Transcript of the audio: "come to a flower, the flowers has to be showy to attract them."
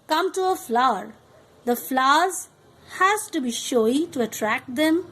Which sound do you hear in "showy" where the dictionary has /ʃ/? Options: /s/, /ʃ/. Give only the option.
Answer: /ʃ/